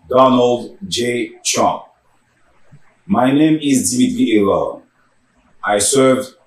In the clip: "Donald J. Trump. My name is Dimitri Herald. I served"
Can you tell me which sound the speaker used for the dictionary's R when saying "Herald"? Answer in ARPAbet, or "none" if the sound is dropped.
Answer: L